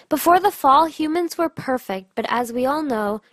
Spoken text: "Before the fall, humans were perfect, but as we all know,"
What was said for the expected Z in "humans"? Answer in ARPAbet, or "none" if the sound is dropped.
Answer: Z